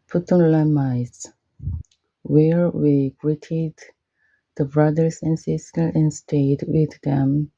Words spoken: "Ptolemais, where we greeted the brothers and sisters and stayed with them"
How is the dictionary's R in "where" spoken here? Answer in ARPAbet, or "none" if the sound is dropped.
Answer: R